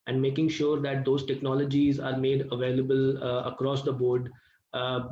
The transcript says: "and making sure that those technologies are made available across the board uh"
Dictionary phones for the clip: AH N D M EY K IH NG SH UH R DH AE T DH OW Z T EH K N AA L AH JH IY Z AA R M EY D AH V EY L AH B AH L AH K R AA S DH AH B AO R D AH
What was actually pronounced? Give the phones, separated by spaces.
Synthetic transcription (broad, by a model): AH N D M EY K IH NG SH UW R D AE T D OW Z T EH K N AA L AH JH IY Z AA R M EY D AH V EY L AH B AH L AH K R AA S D AH B AO R D